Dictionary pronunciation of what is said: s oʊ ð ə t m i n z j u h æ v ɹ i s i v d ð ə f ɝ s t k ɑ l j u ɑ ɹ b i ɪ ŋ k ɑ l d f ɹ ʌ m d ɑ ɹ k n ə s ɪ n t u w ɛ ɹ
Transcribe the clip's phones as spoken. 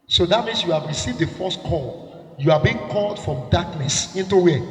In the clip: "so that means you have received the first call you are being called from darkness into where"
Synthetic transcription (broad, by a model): s oʊ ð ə t m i n s j u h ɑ v ɹ i s i v d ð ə f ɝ s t k ɑ l j u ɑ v b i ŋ k ɑ l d f ɹ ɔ m d ɑ k n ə s ɪ n t u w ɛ